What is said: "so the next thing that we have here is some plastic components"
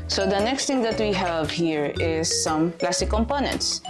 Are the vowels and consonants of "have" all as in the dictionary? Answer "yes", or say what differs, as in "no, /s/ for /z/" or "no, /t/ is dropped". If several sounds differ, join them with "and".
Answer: yes